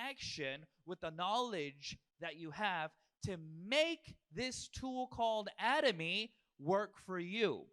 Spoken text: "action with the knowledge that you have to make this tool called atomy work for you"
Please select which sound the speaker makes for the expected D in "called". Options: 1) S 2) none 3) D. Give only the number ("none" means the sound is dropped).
3